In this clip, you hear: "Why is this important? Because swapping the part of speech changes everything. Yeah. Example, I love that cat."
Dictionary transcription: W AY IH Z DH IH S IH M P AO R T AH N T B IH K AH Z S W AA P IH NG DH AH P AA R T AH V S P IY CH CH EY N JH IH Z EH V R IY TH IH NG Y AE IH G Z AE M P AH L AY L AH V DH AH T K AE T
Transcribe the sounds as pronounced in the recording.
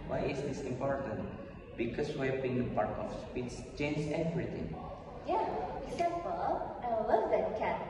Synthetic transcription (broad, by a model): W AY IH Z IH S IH M P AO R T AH N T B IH K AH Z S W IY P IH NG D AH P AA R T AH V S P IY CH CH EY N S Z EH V R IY T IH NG Y AE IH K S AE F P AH N AY L AH V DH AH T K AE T